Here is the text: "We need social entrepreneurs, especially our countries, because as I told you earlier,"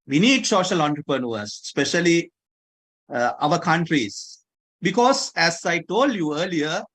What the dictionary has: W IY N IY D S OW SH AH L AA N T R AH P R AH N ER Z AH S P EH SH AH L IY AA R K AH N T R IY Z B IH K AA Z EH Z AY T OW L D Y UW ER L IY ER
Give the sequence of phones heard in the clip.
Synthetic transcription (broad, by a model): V IY N IY D S OW SH AH L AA N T R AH P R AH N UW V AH S P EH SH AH L IY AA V K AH N T R IY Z B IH K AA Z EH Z AY T OW L D Y UW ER L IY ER